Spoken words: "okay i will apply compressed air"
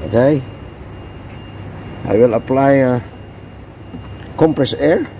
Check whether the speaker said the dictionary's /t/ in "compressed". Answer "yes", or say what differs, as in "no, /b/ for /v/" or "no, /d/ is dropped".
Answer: no, /t/ is dropped